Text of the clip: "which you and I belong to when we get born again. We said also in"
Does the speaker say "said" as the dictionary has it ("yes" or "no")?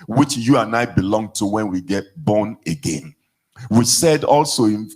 yes